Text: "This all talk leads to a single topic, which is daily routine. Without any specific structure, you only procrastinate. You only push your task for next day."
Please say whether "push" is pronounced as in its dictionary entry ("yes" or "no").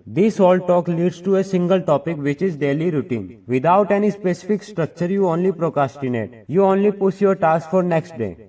no